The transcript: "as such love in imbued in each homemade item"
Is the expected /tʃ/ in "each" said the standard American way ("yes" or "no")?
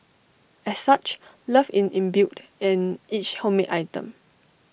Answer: yes